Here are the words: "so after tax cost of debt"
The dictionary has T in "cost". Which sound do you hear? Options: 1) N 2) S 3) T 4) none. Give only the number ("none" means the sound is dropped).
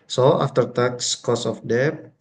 4